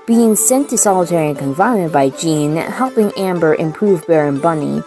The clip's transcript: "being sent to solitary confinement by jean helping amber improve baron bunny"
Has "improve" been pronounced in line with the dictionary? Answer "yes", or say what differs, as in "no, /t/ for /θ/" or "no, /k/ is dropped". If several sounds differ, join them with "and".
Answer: yes